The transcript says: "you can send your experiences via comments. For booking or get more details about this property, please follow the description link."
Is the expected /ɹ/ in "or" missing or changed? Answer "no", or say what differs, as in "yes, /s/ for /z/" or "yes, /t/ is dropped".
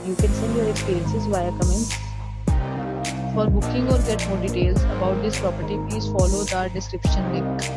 no